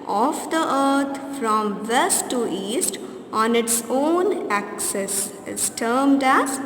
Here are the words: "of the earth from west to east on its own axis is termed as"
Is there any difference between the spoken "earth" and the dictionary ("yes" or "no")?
yes